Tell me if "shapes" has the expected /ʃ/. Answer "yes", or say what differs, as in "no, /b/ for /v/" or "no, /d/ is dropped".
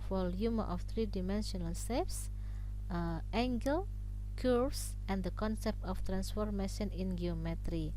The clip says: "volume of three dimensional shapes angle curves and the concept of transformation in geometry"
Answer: no, /s/ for /ʃ/